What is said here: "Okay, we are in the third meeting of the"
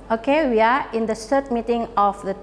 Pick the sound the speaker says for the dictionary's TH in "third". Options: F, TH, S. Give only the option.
S